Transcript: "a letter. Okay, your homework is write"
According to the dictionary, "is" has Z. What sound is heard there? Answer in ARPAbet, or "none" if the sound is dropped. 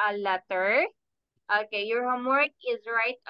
Z